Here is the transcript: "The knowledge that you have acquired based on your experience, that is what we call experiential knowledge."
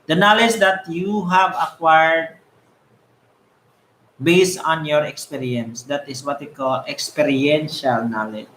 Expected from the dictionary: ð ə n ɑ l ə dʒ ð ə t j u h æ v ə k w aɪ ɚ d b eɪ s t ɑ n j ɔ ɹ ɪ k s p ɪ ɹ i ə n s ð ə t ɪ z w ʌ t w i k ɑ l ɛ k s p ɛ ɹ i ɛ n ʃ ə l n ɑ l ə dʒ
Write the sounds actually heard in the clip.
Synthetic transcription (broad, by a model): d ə n ɑ l ə dʒ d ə t j u h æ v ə k w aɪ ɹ d b eɪ s t ɑ n j ɔ ɹ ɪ k s p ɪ ɹ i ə n s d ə t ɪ s w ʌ t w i k ɑ l ɛ k s p ɛ ɹ i ɛ n ʃ ə l n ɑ l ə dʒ